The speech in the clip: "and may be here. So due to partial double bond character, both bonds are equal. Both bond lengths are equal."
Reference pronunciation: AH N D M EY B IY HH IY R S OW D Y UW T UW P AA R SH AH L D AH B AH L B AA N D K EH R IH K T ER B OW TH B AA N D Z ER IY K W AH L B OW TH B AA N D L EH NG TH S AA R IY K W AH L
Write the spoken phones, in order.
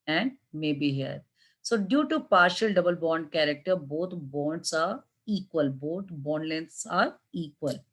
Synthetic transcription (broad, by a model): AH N D M EY B IY HH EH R S OW D Y UW T UW P AA R SH AH L D AH B AH L B AA N D K EH R IH K T ER B OW T B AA N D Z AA IY K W AH L B OW T B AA N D L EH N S AA R IY K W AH L